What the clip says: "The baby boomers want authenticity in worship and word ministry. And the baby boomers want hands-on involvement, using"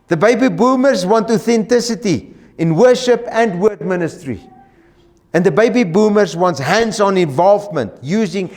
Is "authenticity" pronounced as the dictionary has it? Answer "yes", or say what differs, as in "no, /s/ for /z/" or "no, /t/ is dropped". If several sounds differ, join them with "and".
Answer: yes